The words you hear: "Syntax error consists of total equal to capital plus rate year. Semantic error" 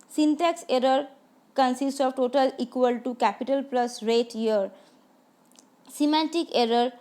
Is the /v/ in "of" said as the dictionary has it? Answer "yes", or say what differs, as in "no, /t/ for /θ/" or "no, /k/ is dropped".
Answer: no, /b/ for /v/